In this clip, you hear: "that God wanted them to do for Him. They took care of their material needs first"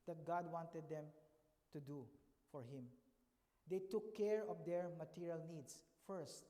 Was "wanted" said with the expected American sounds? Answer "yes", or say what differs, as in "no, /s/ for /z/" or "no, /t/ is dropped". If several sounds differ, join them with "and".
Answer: yes